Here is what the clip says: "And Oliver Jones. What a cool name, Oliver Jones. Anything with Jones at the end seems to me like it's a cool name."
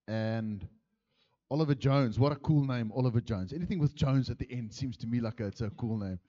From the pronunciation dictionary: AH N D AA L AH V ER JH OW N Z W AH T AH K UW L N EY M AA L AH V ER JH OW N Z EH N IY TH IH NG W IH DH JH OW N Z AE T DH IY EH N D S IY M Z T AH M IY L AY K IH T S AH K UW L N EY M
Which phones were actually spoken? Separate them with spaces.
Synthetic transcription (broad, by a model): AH N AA L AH V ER JH OW N Z W AH T AH K UW L N EY M AA L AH V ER JH OW N Z EH N IY TH IH NG W IH DH JH OW N Z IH T DH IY EH N D S IY M Z T AH M IY L AY K IH T S AH K UW L N EY M